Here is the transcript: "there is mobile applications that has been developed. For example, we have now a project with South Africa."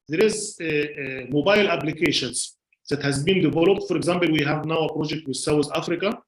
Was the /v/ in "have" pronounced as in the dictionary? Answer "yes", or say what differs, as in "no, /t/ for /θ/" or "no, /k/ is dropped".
yes